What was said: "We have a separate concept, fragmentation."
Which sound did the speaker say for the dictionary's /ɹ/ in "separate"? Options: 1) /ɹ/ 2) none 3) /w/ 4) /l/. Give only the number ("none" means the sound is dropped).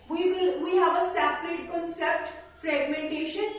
4